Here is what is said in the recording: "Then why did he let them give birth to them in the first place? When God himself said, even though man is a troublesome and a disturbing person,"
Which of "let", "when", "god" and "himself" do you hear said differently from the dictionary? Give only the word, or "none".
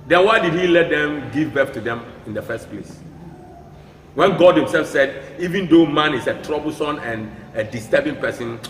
none